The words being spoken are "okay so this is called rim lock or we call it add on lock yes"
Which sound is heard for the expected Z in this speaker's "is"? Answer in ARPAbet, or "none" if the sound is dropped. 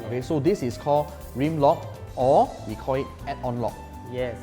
S